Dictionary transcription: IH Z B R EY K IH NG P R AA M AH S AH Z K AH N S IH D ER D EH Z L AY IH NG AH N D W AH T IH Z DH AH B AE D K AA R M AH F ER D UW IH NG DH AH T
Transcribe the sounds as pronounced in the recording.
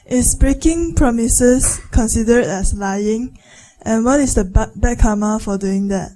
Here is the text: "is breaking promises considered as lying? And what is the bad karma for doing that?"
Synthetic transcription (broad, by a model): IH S B R EY K IH NG P R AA M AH S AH S K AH N S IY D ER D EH S L AY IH NG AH N W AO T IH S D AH B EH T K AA M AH F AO D UW IH NG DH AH T